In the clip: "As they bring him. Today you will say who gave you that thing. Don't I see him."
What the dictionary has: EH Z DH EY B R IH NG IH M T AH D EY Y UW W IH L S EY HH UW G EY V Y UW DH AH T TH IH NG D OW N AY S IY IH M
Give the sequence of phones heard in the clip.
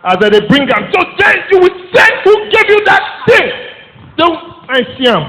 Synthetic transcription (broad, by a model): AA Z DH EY B R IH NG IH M S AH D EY Y UW W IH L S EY HH UW G EY V Y UW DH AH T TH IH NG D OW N AY S IY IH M